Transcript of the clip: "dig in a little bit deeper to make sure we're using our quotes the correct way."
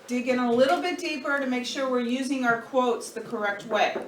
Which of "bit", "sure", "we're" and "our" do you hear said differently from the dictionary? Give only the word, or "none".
none